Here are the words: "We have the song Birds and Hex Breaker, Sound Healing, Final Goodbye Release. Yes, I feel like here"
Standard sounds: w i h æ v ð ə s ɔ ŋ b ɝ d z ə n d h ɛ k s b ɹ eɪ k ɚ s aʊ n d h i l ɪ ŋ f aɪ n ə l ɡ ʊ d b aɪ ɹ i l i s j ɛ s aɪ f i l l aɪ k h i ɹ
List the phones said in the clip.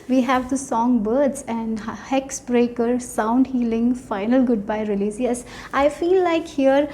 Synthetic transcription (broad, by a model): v i h æ v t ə s ɔ ŋ b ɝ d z ə n d h ɛ k s b ɹ eɪ k ɚ s aʊ n d h i l ɪ ŋ f aɪ n ə l ɡ ʊ d b aɪ ɹ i l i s j ɛ s aɪ f i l l aɪ k h i ɹ